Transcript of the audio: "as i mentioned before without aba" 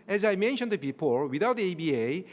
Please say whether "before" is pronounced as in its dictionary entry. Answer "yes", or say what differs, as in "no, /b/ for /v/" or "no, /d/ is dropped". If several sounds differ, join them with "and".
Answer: no, /p/ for /f/ and /l/ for /ɹ/